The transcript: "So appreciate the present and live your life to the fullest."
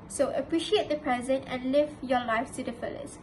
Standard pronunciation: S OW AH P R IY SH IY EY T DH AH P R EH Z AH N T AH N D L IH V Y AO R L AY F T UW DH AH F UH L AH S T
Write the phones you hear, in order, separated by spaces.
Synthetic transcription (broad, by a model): S OW AH P R IY SH IY EY T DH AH P R EH Z AH N T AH N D L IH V Y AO L AY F T UW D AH F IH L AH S